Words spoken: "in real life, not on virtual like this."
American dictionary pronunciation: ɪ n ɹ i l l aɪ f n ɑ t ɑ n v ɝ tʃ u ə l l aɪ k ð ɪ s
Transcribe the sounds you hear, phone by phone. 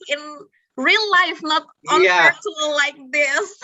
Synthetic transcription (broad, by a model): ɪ n ɹ i l l aɪ f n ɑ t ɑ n p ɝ s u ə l l aɪ k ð ɪ s